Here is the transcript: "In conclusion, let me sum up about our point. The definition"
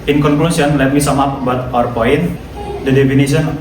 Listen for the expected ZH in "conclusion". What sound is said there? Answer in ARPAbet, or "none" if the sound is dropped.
S